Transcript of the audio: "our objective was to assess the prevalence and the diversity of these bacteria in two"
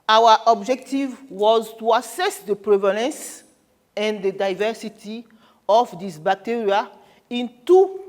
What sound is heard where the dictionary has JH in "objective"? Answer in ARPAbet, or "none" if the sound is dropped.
JH